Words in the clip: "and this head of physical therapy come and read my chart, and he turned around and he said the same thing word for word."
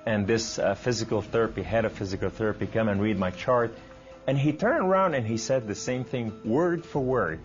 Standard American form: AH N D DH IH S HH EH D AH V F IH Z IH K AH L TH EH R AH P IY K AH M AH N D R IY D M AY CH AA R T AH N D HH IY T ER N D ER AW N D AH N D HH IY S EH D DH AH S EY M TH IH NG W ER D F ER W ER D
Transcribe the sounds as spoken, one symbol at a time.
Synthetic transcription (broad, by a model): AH N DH IH S HH EH D AH V F IH Z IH K L TH EH R AH P IY K AH M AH N R IY D M AY CH AA R T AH N IY T ER N D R AW N D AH N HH IY S EH D DH AH S EY M TH IH NG W ER D F ER W ER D